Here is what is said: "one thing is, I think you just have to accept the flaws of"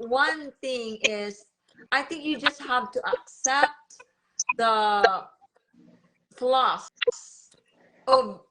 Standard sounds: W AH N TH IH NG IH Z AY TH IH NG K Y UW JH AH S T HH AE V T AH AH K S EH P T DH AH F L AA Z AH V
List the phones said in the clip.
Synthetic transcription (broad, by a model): W AH N TH IH NG IH Z AY TH IH NG K Y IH JH AH S T HH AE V T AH AH K S EH P T DH AH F L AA S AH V